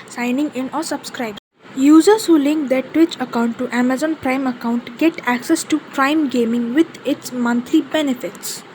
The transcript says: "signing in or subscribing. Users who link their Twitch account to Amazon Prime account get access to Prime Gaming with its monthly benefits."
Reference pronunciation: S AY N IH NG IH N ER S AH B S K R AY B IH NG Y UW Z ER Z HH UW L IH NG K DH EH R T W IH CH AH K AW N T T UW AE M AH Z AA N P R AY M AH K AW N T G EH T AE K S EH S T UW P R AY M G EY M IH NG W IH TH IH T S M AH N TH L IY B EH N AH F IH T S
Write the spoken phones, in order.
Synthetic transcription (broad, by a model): S AY N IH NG IH N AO S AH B S K R AY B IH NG Y UW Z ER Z HH UW L IH NG K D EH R T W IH CH AH K AW N T T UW AE M AH Z AA N P R AY M AH K AW N T G EH T AE K S EH S T UW P R AY M G EY M IH NG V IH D IH T S M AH N T L IY B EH N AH F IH T S